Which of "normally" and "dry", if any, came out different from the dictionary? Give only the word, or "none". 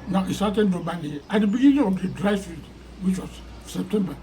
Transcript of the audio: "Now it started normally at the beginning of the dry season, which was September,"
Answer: normally